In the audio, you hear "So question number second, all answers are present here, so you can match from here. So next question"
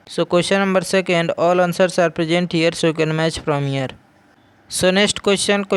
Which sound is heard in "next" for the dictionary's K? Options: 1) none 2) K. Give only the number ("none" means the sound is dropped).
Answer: 1